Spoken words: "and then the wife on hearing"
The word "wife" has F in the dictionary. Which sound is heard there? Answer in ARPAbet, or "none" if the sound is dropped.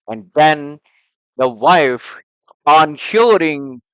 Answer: F